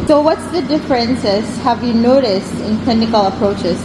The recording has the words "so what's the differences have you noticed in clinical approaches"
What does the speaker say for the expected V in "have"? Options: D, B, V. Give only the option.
V